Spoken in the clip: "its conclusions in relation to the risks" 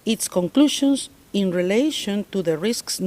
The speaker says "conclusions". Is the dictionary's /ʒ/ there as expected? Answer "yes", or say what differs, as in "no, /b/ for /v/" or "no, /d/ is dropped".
no, /ʃ/ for /ʒ/